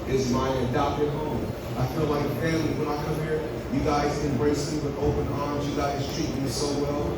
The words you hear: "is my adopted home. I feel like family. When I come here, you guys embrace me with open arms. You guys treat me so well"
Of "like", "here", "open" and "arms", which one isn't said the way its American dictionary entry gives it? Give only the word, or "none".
none